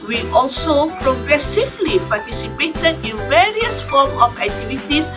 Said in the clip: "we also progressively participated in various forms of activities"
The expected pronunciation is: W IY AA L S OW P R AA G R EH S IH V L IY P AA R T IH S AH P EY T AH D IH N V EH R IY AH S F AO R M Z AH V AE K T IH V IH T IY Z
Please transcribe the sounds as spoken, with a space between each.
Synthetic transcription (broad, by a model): W IY AA L S OW P R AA G R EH S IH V L IY P AA T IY S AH P EY T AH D IH N V EH R IY AH S F AO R M AH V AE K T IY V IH T IY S